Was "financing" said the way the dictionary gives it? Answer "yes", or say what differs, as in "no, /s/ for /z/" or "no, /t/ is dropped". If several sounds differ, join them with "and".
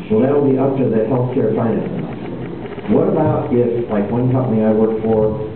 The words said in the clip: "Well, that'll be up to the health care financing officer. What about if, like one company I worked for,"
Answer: no, /n/ is dropped and /s/ is dropped